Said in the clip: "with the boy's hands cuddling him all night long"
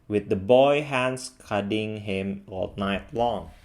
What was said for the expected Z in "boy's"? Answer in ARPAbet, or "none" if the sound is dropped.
none